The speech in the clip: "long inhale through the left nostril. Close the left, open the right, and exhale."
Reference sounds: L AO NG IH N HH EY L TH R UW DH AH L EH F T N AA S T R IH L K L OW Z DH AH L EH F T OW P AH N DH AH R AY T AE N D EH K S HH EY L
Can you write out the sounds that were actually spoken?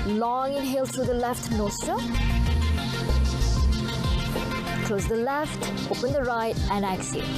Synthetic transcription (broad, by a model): L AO NG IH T HH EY L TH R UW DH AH L EH F T N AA S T IH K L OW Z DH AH L EH F T OW P AH N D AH R AY T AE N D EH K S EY